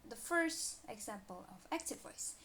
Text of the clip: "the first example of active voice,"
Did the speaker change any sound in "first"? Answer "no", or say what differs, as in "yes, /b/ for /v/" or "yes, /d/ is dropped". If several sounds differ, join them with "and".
no